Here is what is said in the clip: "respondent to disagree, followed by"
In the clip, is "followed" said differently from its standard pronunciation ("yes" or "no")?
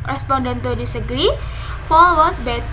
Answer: yes